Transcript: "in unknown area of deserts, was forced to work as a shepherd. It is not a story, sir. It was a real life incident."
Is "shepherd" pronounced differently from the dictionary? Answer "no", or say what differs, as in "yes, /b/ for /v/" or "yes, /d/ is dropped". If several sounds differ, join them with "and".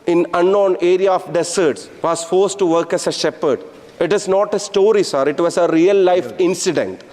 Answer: no